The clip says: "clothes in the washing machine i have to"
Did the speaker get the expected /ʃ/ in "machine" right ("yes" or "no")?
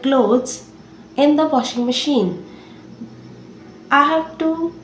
yes